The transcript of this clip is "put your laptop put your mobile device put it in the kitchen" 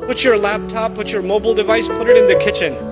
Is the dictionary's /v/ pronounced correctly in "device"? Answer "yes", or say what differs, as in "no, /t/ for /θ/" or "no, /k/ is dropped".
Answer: yes